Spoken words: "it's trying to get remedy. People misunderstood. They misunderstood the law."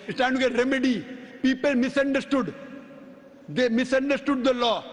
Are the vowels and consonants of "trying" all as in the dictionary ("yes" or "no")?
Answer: no